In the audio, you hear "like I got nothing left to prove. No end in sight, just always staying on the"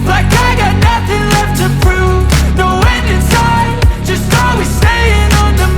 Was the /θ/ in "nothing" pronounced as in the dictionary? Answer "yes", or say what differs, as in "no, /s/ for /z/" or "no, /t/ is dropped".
yes